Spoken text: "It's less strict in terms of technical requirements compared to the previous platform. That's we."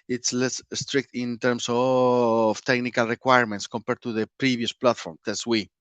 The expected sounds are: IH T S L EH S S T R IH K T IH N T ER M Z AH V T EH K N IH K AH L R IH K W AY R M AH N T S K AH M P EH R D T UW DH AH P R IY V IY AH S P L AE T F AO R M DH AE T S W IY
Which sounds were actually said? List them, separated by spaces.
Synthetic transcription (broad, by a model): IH T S L EH S S T R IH K T IH N T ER M S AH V T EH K N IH K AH L R IH K W AY R M AH N T S K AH M P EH R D T UW DH AH P R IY B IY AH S P L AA T F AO R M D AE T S W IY